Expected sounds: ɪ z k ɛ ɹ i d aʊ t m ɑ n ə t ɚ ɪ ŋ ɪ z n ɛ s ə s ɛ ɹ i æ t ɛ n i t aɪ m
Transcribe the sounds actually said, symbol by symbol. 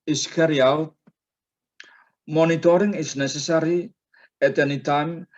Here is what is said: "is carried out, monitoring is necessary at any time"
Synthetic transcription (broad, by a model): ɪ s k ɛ ɹ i aʊ t m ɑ n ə t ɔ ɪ ŋ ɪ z n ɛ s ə s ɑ ɹ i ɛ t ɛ n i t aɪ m